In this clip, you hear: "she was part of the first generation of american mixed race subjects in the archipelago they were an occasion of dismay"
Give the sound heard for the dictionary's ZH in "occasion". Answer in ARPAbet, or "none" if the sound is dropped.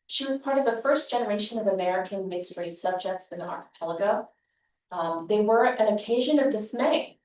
ZH